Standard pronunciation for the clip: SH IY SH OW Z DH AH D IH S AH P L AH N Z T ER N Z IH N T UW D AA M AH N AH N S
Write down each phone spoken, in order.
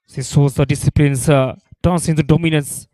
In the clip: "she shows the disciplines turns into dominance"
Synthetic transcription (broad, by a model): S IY S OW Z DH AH D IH S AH P L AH N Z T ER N S IH N T UW D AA M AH N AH N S